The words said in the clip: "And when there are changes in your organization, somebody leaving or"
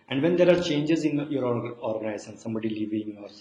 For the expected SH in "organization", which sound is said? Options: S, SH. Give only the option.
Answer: S